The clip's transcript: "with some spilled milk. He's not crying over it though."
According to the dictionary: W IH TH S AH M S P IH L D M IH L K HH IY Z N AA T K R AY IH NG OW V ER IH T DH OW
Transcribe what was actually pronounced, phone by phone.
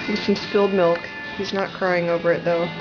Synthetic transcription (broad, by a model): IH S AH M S F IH L D M IH L K HH IY Z N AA T K R AY IH NG OW V ER IH T DH OW